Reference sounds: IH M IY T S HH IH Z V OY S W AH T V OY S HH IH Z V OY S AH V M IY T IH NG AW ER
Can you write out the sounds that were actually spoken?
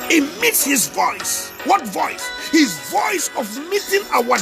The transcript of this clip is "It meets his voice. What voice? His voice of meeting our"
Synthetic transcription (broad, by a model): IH M IY T S HH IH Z V OY S W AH T V OY S HH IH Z V OY S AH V M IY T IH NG AW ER